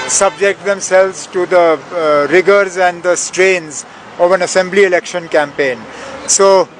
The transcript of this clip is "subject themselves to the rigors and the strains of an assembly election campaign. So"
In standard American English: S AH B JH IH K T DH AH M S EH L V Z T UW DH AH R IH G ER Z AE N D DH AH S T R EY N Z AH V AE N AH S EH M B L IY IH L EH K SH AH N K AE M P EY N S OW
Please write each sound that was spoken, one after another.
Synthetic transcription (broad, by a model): S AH B JH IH K T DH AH M S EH L V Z T UW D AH R IH G ER Z AE N D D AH S T R EY N Z AH V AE N AH S EH M B L IY IH L EH K SH AH N K AE M P EY N S OW